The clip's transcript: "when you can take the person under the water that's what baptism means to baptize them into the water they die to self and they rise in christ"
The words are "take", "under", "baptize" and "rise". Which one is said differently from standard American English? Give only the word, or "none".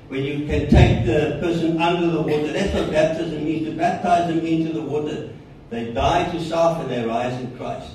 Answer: none